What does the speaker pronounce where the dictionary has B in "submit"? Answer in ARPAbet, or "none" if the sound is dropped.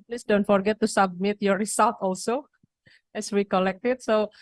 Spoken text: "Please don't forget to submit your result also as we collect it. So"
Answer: B